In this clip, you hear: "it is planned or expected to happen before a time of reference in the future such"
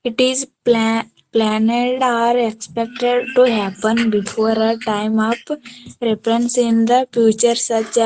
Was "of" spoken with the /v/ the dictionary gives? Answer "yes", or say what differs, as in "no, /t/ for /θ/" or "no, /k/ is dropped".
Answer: no, /p/ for /v/